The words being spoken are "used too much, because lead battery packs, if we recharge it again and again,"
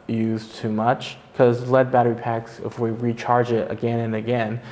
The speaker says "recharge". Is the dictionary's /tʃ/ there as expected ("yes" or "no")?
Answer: yes